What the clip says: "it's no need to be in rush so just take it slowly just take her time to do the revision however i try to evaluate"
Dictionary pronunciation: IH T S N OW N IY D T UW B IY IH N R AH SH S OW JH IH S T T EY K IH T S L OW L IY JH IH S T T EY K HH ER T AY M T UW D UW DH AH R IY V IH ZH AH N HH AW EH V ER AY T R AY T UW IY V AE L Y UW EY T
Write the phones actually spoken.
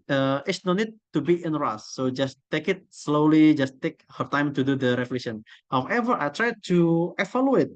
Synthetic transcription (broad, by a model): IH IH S N OW N IY D T UW B IY IH N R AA S OW JH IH S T T EY K IH T S L OW L IY JH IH S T T EY K HH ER T AY M T UW D UW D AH R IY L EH SH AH N HH AW EH V ER AY T R AY T UW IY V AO L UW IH T